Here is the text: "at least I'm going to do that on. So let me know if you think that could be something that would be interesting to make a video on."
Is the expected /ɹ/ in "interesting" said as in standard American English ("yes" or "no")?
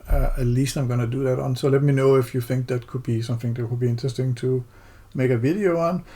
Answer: no